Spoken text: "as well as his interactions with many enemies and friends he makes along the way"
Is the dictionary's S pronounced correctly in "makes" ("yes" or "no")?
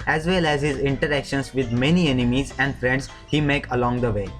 no